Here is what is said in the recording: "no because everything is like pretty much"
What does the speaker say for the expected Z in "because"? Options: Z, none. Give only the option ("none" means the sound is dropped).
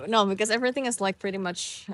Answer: Z